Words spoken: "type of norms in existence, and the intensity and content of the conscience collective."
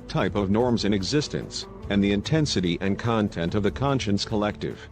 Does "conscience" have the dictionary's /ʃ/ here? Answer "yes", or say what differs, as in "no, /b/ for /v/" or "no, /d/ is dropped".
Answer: yes